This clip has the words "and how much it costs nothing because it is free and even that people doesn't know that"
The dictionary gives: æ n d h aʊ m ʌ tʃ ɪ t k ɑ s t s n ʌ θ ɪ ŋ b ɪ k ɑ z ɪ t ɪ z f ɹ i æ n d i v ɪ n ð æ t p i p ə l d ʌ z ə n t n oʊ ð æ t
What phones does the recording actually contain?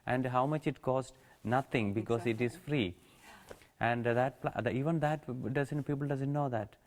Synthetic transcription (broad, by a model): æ n d h aʊ m ʌ tʃ ɪ t k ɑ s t n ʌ t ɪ ŋ b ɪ k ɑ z ɪ t ɪ z f ɹ i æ n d i v ɪ n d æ t p i p ə l d ʌ z ə n t n oʊ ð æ t